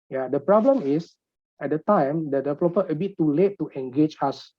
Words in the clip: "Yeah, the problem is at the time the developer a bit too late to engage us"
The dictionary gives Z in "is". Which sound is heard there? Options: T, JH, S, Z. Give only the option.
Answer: S